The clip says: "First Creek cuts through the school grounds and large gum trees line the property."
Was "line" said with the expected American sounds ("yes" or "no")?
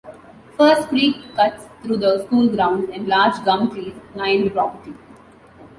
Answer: no